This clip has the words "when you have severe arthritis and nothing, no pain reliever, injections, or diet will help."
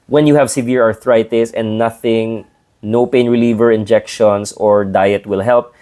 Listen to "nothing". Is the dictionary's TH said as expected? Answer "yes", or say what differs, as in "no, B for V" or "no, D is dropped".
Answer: yes